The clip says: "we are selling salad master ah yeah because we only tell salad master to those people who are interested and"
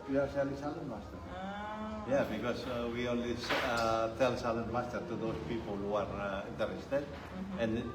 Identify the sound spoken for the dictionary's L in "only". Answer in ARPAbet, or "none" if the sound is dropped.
W